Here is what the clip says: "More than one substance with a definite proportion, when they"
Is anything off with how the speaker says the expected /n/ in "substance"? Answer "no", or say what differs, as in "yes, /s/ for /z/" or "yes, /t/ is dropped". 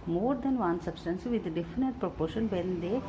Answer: no